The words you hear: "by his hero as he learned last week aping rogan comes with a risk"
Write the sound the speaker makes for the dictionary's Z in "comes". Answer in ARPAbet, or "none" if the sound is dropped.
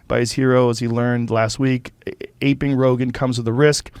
Z